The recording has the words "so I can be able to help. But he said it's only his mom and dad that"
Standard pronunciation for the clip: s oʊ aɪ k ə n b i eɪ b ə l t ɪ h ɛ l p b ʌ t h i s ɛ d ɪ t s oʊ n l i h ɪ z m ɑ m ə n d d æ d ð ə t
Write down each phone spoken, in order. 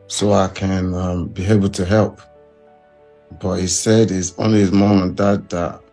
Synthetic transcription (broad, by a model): s oʊ aɪ k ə n b i eɪ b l t ɪ h ɛ l p b ʌ t h i s ɛ d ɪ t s oʊ n l i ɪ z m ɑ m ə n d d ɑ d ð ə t